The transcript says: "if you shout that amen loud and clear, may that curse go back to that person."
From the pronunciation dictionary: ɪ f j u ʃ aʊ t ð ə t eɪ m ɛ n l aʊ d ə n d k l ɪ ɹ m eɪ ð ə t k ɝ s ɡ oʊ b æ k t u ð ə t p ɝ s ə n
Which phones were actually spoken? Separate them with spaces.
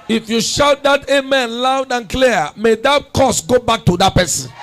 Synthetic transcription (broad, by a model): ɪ f j u ʃ aʊ t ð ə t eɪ m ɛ n l aʊ d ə n k l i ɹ m eɪ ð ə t k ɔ s ɡ oʊ b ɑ k t u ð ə t p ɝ s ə n